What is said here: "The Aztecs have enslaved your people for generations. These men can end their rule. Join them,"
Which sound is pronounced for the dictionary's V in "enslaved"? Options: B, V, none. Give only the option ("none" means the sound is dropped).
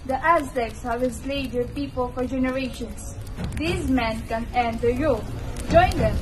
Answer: none